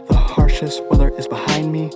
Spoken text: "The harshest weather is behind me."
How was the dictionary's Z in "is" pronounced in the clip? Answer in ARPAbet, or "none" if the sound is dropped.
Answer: Z